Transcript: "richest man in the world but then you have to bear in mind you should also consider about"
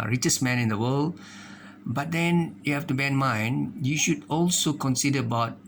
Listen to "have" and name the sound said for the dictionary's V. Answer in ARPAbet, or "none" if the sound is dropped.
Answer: F